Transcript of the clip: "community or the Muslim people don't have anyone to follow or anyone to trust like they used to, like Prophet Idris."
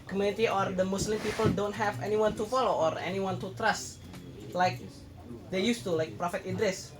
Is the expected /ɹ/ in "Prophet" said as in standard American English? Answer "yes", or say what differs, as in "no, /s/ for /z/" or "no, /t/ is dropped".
yes